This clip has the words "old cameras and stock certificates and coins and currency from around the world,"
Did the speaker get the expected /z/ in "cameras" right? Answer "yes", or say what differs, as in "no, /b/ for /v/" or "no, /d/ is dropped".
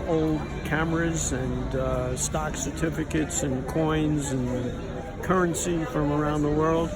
yes